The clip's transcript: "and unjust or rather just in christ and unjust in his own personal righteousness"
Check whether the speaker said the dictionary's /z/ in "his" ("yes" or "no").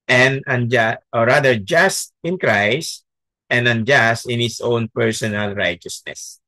no